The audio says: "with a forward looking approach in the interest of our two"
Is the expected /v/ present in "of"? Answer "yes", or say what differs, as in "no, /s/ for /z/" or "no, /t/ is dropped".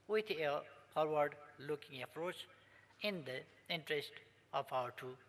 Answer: no, /p/ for /v/